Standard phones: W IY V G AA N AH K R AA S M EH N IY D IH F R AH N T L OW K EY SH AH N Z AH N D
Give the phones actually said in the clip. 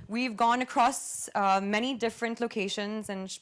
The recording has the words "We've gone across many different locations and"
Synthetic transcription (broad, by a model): W IY V G AA N AH K R AA S M EH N IY D IH F R AH N T L OW K EY SH AH N Z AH N